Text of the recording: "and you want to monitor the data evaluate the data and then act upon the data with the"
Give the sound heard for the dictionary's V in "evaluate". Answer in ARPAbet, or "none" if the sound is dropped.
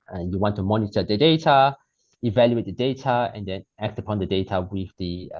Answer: V